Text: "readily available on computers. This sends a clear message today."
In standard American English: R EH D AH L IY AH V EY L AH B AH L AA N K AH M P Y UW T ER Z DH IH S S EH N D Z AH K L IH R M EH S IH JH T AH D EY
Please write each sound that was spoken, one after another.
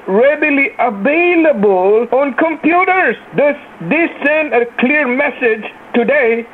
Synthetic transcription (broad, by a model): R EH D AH L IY AH V EY L AH B AH L AA N K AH M P Y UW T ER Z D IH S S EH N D AH K L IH R M EH S IH JH T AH D EY